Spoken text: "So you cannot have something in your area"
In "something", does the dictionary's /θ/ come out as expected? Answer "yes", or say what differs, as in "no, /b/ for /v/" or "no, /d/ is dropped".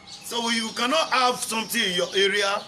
no, /t/ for /θ/